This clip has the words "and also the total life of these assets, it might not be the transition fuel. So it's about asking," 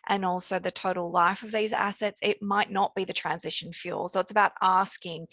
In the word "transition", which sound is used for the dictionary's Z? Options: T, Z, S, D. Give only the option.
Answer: Z